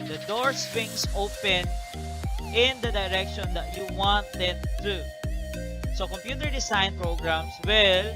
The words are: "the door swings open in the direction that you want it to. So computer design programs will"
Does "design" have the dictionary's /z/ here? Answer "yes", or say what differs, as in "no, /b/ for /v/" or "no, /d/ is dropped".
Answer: no, /s/ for /z/